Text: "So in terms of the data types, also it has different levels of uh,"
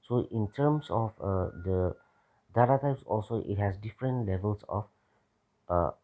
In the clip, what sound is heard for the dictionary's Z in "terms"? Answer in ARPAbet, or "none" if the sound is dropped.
S